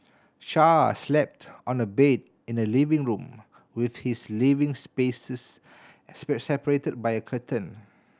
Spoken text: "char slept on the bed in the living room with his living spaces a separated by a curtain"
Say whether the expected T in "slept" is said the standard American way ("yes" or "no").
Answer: yes